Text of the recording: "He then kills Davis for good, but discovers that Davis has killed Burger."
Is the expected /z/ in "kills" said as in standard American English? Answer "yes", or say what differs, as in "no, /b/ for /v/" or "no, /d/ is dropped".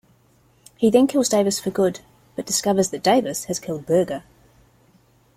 yes